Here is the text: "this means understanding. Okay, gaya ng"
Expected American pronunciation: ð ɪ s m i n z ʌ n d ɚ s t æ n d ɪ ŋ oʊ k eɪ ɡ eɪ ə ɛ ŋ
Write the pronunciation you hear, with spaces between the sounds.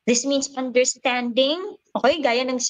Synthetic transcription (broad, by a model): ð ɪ s m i n s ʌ n d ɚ s t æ n d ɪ ŋ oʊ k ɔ ɡ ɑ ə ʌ ŋ